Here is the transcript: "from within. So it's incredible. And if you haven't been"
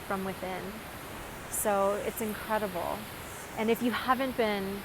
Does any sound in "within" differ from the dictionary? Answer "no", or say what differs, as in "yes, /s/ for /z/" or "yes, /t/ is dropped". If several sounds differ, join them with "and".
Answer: no